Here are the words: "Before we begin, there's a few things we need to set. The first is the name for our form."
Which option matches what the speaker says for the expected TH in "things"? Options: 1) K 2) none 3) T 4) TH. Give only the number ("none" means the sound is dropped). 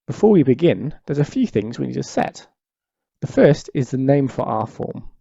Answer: 4